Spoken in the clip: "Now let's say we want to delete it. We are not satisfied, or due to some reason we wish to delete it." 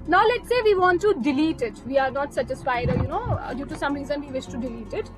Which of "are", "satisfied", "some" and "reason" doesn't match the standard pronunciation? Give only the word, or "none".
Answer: satisfied